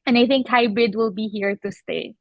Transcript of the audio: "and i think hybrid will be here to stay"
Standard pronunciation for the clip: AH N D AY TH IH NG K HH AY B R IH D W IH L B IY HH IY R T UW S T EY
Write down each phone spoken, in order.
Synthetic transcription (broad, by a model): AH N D AY TH IH NG K HH AY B IH D W IH L B IY HH IY R T UW S T EY